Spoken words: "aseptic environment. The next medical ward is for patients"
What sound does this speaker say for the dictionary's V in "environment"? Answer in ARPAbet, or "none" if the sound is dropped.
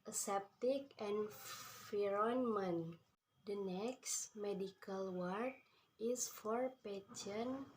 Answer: F